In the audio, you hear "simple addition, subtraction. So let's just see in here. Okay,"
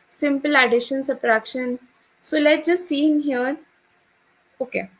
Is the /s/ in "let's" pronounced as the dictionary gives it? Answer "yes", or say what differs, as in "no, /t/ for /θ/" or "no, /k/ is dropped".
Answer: no, /s/ is dropped